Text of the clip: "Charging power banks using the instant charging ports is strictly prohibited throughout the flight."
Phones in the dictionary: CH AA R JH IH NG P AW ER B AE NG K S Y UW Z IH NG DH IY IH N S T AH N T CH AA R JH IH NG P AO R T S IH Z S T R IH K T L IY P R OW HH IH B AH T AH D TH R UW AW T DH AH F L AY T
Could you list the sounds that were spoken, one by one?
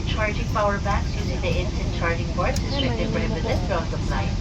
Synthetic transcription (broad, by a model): CH AA R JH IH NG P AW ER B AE K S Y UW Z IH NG DH IY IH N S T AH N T CH AA R JH IH NG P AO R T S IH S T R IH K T IY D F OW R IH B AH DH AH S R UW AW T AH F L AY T